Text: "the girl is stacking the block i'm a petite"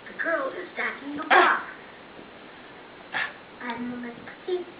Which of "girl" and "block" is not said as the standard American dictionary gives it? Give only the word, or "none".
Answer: block